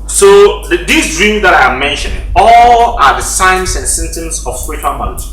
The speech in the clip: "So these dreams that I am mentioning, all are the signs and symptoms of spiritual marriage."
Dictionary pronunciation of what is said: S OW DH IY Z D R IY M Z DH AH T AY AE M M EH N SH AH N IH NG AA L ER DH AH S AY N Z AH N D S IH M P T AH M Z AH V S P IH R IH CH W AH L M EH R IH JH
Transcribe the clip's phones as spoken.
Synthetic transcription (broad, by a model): S OW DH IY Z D R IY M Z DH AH T AY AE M M EH N SH AH N IH NG AA L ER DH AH S AY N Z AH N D S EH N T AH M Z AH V S P IH R IH CH W AH L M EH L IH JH